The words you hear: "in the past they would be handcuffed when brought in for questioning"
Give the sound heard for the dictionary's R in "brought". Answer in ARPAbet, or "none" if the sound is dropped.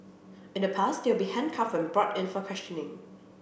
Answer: R